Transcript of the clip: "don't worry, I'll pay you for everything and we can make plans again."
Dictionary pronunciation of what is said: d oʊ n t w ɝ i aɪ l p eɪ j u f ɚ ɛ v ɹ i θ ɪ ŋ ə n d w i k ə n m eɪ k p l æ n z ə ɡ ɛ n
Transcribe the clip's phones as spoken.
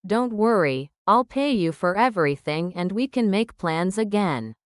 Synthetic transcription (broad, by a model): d oʊ n t w ɝ i aɪ l p eɪ j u f ɚ ɛ v ɹ i θ ɪ ŋ ə n d w i k ə n m eɪ k p l æ n z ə ɡ ɛ n